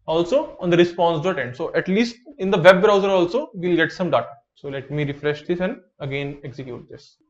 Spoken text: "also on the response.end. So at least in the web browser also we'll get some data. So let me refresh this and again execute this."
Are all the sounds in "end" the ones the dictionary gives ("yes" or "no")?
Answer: yes